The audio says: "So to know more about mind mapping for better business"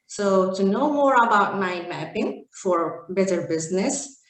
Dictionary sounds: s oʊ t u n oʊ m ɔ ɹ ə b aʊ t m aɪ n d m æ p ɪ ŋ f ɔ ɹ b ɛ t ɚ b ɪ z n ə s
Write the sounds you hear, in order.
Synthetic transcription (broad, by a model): s oʊ t u n oʊ m ɔ ɹ ə b aʊ t m aɪ m æ p ɪ ŋ f ɔ ɹ b ɛ t ɚ b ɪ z n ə s